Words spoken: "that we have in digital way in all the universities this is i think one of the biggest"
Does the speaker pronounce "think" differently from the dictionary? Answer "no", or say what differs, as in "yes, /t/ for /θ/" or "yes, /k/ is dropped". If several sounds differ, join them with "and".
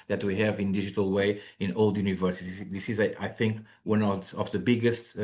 no